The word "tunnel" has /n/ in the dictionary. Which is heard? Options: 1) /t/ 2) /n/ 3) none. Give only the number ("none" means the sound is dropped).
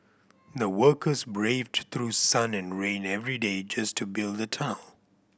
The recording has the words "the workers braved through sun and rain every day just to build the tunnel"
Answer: 3